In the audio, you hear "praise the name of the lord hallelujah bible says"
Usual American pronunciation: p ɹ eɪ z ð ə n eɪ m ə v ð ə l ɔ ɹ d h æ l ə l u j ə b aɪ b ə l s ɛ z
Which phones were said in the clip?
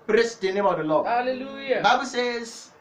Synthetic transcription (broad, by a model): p ɹ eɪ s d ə n eɪ m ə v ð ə l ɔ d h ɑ l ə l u j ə b aɪ b ə l s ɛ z